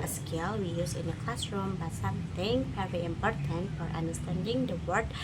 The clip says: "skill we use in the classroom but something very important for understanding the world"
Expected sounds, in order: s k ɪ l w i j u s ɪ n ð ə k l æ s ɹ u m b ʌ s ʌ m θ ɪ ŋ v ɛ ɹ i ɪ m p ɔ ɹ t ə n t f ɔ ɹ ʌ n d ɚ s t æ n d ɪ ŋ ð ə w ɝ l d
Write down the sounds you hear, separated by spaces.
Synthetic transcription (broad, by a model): s k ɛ l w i j u s ɪ n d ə k l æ s ɹ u m b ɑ s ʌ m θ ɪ ŋ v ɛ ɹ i ɪ m p ɔ ɹ t ə n t f ɔ ɹ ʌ n d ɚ s t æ n d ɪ ŋ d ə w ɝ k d